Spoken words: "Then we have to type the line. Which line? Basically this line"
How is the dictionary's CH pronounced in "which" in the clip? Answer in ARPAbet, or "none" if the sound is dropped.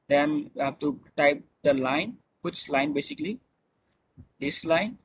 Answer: S